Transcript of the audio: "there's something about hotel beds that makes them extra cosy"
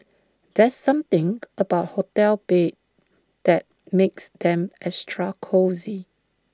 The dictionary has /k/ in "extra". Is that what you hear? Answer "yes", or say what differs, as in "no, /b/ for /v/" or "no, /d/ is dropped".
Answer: no, /k/ is dropped